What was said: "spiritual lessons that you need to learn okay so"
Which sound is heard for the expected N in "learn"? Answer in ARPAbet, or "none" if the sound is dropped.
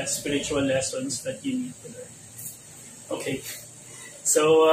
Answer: none